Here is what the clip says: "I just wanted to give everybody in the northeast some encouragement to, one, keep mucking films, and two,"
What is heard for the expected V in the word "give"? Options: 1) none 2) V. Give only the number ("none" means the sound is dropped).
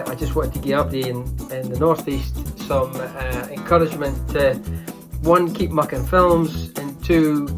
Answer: 1